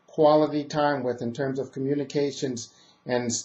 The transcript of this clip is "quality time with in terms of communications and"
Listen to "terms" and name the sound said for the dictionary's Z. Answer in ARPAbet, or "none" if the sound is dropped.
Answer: Z